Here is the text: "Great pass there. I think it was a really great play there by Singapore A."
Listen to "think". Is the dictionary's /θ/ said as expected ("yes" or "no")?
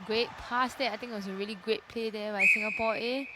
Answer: no